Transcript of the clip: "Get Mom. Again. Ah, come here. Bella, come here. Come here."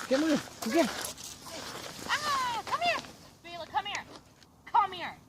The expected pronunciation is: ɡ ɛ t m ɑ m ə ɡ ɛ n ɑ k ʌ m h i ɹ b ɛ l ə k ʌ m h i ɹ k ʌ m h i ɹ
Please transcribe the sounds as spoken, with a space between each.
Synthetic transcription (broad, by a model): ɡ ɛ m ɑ ə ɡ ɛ ɑ k ʌ m h i ɹ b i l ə k ʌ m h i ɹ k ʌ m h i ɹ